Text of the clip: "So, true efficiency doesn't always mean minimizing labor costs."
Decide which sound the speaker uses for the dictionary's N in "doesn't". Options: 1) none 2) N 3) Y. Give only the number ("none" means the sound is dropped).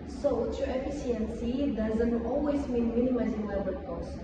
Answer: 2